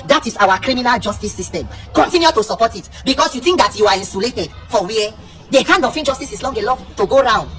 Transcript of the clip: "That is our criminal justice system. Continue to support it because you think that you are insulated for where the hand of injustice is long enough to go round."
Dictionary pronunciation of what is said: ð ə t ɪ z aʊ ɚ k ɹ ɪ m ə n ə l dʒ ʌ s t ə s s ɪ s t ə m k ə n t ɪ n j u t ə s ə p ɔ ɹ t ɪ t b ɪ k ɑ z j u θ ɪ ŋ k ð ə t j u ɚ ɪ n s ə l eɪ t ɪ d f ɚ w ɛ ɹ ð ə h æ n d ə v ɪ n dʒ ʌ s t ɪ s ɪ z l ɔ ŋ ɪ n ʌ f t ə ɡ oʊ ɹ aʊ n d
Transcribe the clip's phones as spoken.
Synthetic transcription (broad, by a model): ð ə t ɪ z aʊ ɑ k ɹ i m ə n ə l dʒ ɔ s t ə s s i s t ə m k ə n t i n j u t ə s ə p ɔ t ɪ t b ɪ k ɑ s j u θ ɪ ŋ k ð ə t j u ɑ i n s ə l eɪ t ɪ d f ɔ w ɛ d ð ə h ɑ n d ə f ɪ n dʒ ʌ s t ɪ s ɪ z l ɔ ŋ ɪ l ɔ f t ə ɡ oʊ ɹ aʊ n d